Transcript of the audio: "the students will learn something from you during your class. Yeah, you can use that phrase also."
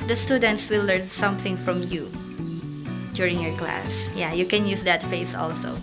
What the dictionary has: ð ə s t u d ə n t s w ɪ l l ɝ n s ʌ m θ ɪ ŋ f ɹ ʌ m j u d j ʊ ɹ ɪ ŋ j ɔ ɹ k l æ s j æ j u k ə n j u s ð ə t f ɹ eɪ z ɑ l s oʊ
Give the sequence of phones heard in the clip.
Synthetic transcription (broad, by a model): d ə s t u d ə n t s w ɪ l l ɝ n s ʌ m θ ɪ ŋ f ɹ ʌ m j u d j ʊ ɹ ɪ ŋ j ɔ ɹ k l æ s j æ j u k ə n j u s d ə t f eɪ s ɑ l s oʊ